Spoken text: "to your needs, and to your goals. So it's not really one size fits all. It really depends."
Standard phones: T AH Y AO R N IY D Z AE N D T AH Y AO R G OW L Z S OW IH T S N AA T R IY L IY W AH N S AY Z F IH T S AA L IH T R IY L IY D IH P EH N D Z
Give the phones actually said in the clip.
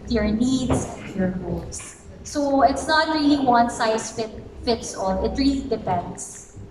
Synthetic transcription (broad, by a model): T Y AO R N IY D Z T Y AO R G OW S S OW IH T S N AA T R IY L IY W AH N S AY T F IH T S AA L IH T R IY L IY D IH P EH N D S